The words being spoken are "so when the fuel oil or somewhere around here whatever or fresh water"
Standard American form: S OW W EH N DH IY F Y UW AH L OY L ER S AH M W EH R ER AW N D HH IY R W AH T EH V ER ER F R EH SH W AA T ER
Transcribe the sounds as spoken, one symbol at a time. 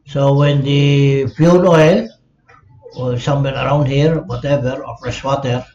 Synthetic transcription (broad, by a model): S OW W EH N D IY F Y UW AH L OY L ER S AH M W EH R ER AW N D HH IY R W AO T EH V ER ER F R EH S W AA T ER